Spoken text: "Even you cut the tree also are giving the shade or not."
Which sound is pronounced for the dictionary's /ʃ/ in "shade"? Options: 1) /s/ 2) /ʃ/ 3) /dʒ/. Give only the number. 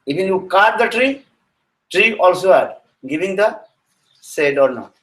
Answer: 1